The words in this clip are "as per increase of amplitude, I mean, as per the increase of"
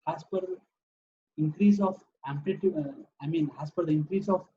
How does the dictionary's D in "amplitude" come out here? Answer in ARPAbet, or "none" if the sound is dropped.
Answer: none